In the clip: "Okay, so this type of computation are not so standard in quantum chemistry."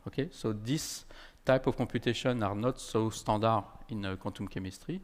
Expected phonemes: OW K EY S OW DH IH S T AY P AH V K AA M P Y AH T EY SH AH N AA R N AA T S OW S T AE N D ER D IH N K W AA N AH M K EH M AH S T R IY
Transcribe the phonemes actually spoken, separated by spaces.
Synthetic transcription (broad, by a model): OW K EY S OW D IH S T AY P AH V K AA P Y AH T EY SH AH N AA R N AA T S OW S T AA D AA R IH N K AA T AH M K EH M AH S T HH IY